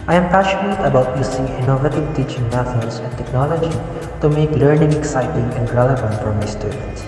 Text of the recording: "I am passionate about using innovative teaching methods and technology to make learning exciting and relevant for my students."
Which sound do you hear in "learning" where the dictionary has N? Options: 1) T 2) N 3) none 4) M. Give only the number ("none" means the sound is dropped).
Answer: 2